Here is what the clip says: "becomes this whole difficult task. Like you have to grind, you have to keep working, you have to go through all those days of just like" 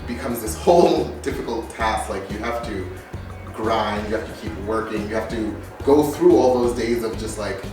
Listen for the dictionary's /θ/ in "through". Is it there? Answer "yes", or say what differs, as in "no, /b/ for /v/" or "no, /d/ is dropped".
yes